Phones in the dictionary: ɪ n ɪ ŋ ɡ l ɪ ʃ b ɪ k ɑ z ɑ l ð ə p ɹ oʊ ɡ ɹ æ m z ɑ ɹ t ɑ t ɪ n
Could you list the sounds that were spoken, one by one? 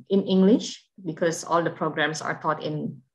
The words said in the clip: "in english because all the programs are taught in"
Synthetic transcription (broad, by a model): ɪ n ɪ ŋ ɡ l ɪ ʃ b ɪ k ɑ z ɑ l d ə p ɹ oʊ ɡ ɹ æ m s ɑ ɹ t ɑ t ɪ n